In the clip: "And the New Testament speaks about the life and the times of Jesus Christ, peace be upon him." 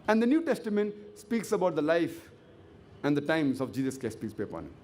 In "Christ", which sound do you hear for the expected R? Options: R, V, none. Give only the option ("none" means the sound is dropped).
none